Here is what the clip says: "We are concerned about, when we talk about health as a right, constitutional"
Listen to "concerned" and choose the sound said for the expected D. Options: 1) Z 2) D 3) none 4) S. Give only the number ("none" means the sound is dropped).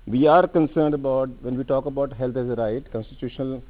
2